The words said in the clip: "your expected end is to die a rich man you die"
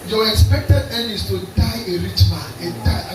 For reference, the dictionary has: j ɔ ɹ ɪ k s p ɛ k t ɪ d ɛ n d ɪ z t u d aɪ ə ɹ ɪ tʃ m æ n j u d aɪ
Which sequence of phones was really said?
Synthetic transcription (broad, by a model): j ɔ ɪ k s p ɛ k t ɪ d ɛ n ɪ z t u d aɪ ə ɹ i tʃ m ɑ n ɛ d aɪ